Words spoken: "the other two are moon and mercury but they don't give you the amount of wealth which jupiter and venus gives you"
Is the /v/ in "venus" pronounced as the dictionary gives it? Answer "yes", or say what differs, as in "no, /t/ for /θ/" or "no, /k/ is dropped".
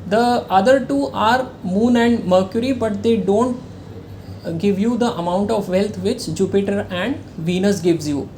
yes